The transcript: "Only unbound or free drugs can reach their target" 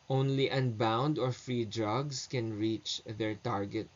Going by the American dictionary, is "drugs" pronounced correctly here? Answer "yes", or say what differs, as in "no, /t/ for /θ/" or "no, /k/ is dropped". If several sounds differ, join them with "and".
no, /s/ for /z/